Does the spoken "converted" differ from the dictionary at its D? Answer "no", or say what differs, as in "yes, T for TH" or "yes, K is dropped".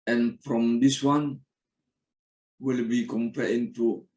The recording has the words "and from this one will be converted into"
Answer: yes, D is dropped